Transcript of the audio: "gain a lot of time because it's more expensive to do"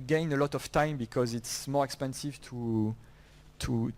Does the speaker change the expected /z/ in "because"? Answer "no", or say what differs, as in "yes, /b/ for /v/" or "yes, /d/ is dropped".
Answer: no